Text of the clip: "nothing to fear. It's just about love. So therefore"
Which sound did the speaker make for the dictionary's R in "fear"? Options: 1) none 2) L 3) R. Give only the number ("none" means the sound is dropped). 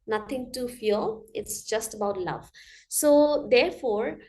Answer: 2